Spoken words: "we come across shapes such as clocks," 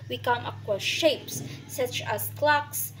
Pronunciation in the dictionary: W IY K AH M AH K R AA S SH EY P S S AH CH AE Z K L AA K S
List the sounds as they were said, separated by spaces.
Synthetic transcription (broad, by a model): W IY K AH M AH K W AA SH EY P S S AH CH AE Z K L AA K S